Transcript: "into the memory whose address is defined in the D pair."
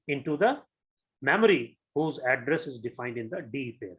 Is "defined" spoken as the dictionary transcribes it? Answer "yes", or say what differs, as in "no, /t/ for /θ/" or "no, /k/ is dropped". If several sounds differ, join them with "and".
yes